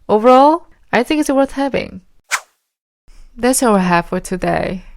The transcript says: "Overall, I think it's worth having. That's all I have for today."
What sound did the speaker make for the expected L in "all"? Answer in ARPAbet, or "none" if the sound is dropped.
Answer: W